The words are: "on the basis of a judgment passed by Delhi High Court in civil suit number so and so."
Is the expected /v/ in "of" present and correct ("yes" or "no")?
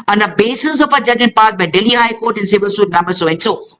no